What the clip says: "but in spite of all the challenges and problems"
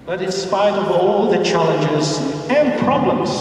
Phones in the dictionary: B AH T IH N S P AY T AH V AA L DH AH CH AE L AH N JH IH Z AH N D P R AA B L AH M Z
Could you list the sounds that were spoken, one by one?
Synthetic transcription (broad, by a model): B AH T IH N S P AY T AH V AA L DH AH CH AE L AH N JH IH Z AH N P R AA B L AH M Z